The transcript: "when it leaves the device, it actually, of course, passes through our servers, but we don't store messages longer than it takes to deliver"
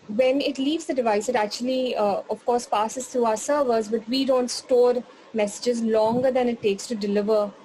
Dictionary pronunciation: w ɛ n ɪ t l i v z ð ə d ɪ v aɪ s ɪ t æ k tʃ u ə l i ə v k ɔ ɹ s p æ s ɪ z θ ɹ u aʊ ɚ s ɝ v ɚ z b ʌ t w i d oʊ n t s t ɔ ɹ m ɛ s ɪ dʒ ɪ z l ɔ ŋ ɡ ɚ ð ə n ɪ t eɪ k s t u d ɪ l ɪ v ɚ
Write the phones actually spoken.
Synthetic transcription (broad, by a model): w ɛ n ɪ t l i v z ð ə d ɪ v aɪ s ɪ t æ k tʃ u ə l i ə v k ɔ ɹ s p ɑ s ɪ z t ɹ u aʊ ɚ s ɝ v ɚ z b ʌ t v i d oʊ n t s t ɔ ɹ m ɛ s ɪ dʒ ɪ z l ɔ ŋ ɡ ɚ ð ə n ɪ t eɪ k s t u d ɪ l ɪ v ɚ